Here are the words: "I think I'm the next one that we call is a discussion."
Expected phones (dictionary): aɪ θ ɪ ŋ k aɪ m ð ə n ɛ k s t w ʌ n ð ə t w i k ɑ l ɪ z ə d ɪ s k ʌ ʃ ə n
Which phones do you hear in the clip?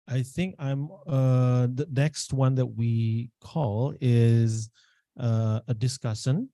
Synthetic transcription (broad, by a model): aɪ θ ɪ ŋ k aɪ m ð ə n ɛ k s t w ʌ n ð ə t w i k ɑ l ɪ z ə d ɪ s k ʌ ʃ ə n